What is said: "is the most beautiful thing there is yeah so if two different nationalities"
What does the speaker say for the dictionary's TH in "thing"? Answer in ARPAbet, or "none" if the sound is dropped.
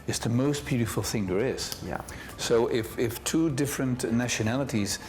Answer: TH